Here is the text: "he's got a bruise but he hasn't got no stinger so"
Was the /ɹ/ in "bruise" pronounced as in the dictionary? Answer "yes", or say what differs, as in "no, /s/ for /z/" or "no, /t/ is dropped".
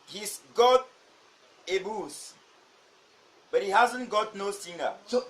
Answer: no, /ɹ/ is dropped